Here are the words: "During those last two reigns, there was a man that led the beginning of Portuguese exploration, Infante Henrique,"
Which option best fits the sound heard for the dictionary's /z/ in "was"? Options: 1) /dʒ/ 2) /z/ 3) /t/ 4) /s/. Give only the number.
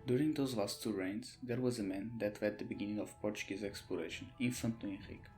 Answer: 2